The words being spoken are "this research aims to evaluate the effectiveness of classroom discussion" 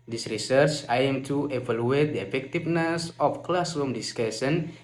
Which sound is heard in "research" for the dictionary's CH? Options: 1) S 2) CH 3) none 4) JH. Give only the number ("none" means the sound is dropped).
2